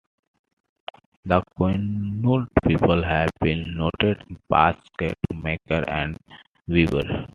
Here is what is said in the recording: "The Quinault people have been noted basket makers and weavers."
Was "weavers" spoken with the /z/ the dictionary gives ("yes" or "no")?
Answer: no